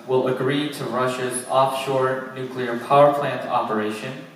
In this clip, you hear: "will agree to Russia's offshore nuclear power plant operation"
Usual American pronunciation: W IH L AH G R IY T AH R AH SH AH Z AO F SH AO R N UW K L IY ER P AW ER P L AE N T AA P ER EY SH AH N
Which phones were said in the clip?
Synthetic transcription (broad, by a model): W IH L AH G R IY T AH R AH SH AH Z AO F SH AO R N UW K L IY ER P AW ER P L AE N T AA P ER EY SH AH N